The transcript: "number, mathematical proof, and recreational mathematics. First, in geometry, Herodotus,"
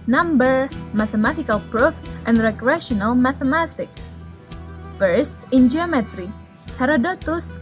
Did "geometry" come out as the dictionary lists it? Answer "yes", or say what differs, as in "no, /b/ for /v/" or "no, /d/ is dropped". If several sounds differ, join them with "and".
yes